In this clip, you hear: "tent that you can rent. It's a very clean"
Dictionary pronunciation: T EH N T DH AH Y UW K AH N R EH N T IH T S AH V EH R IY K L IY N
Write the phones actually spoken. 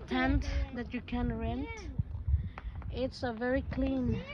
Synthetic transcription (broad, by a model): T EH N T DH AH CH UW K AH N R EH N T IH T S AH V EH R IY K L IY N